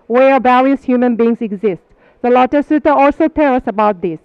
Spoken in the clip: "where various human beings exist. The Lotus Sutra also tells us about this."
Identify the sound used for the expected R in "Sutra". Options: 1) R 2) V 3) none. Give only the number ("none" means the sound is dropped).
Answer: 3